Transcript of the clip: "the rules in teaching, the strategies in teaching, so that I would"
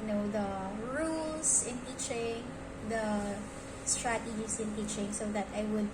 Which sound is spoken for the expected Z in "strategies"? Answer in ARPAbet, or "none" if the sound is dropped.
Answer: S